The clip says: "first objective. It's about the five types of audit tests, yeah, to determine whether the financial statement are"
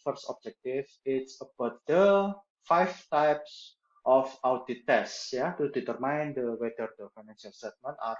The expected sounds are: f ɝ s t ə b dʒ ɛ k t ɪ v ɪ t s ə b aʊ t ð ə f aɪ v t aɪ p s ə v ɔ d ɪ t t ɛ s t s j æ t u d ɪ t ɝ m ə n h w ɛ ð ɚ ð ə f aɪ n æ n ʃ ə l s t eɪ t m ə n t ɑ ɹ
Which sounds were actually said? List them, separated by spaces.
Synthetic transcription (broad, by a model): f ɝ s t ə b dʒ ɛ k t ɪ f ɪ t s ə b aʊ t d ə f aɪ f t aɪ p s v ɔ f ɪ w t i t s j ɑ t u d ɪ t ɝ m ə n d w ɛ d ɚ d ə f aɪ n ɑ n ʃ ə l s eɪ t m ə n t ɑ ɹ